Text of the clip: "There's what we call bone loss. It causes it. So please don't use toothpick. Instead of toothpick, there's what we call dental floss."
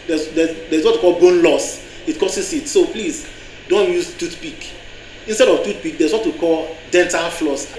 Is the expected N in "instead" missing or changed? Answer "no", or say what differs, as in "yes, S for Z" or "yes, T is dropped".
no